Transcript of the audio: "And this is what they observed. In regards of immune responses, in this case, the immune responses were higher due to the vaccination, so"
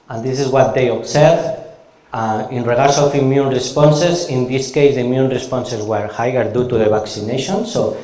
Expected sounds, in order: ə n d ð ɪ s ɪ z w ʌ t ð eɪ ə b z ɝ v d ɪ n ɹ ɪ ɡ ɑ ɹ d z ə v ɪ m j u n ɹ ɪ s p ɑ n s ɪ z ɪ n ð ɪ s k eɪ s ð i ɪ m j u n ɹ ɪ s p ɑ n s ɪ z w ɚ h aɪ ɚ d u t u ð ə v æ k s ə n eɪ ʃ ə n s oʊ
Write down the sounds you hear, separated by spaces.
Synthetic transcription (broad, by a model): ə n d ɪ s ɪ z w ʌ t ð eɪ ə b s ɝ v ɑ ɪ n ɹ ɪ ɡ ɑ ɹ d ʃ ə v ɪ m j u n ɹ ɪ s p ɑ n s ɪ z ɪ n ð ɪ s k eɪ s ð i m j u n ɹ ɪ s p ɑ n s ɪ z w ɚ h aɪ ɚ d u t u ð ə b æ k s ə n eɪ ʃ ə n s oʊ